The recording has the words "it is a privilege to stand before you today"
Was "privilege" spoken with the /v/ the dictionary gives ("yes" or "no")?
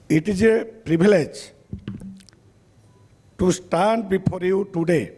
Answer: no